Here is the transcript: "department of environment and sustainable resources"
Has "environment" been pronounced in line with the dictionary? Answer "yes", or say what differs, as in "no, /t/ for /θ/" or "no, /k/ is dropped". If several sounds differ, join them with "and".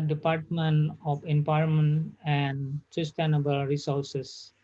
no, /p/ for /v/ and /ɹ/ is dropped and /n/ is dropped